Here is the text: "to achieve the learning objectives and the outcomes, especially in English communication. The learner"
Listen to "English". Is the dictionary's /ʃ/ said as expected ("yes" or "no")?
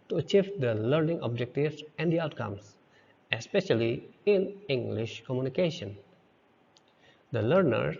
yes